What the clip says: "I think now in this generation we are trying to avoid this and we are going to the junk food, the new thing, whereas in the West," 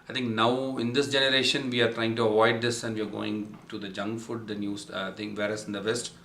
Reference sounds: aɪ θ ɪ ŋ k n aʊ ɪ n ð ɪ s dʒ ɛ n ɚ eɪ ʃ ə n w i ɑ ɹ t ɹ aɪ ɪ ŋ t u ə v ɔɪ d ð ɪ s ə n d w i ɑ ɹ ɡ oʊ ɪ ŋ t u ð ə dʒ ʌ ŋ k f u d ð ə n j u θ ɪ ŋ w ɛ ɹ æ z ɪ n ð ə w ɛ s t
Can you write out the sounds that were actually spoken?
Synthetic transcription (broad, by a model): aɪ t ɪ ŋ k n aʊ ɪ n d ɪ s dʒ ɛ n ɚ eɪ ʃ ə n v i ɑ ɹ t ɹ aɪ ɪ ŋ t u ə v ɔɪ d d ɪ s ə n d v i ɑ ɹ ɡ oʊ ɪ ŋ t u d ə dʒ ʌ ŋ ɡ f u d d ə n j u t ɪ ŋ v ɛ ɹ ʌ s ɪ n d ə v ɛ s t